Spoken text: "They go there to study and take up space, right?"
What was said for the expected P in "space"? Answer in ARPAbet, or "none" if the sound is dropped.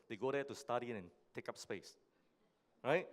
P